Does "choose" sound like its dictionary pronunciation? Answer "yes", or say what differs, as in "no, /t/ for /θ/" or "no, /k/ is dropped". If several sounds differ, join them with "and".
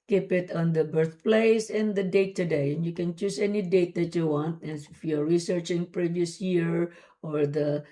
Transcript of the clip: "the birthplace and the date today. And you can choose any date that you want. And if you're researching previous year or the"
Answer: no, /s/ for /z/